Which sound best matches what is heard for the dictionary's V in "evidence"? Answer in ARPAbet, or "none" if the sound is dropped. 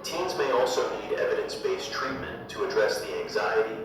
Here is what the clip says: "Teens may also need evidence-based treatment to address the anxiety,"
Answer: V